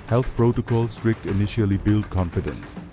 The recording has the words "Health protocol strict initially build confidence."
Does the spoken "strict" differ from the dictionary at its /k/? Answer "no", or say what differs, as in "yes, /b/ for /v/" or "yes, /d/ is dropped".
no